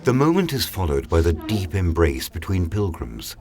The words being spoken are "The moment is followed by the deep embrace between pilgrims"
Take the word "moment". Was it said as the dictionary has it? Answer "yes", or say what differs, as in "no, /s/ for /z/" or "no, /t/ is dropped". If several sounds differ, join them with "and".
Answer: yes